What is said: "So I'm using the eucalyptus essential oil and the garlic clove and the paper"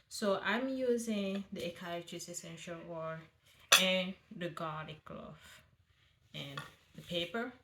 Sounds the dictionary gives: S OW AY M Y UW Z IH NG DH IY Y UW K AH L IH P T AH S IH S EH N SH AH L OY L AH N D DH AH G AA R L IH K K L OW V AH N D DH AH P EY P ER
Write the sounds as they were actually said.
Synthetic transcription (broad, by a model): S OW AY M Y UW Z IH NG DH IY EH K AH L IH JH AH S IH S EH N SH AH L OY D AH N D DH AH G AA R IH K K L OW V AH N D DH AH P EY P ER